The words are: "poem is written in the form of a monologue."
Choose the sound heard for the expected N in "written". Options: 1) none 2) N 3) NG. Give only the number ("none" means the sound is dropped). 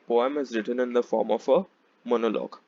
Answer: 2